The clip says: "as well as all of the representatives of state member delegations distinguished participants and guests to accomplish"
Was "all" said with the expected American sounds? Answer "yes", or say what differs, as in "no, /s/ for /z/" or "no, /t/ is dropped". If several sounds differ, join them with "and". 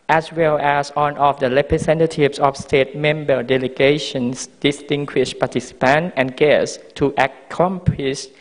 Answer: no, /n/ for /l/